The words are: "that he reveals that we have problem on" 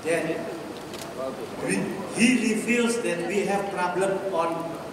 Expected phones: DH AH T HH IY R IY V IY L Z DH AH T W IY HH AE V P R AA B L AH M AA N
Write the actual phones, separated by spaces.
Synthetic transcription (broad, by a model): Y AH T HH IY L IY F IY L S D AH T W IY HH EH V P R AA B L AH M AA N